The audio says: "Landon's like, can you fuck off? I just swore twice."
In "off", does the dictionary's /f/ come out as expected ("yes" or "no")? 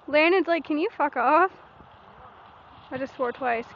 yes